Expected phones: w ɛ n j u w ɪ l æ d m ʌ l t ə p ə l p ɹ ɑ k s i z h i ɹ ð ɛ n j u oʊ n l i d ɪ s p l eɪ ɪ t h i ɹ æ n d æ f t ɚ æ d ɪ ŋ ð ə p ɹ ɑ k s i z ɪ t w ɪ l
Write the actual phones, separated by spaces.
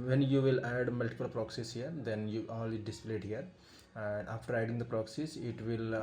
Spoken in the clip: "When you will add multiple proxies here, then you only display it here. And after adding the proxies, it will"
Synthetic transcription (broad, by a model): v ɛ n j u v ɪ l æ d m ʌ l t ə p ə l p ɹ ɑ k s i s h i ɹ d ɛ n j u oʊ l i d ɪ s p l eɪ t h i ɹ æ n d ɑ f t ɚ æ d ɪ ŋ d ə p ɹ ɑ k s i s ɪ t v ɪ l